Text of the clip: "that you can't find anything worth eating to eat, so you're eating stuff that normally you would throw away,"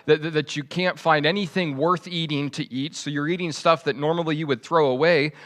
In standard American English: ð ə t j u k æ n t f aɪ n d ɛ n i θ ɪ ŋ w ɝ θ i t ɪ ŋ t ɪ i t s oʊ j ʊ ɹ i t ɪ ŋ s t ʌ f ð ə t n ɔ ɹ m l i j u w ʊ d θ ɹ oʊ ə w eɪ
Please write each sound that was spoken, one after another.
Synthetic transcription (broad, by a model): ð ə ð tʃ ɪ k æ n t f aɪ n d ɛ n i θ ɪ ŋ w ɝ θ i t ɪ ŋ t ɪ i t s oʊ j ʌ ɹ i t ɪ ŋ s t ʌ f ð ə t n ɔ ɹ m l i j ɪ w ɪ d θ ɹ oʊ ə w eɪ